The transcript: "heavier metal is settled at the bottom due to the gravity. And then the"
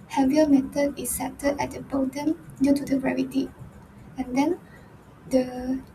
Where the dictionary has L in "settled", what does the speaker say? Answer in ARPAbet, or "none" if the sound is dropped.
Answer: none